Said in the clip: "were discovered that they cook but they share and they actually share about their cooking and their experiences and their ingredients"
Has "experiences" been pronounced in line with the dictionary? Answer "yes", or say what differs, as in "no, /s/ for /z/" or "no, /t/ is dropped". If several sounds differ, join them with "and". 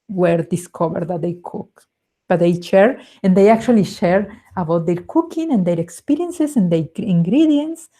no, /s/ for /z/